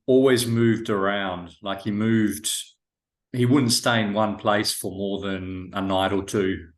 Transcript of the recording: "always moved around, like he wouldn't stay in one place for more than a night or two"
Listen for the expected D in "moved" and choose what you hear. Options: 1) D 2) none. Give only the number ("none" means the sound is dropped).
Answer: 1